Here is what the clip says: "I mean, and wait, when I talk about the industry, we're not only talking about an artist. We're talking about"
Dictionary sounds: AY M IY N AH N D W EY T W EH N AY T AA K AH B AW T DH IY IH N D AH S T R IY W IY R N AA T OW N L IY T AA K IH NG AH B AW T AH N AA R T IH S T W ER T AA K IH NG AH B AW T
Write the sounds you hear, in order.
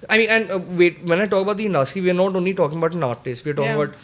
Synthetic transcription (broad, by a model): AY M IY N AH N D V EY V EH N AY T AA K AH B AW T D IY N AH T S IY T IY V N AA T OW N L IY T AA K IH NG AH B AW T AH N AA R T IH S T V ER T AA K IH NG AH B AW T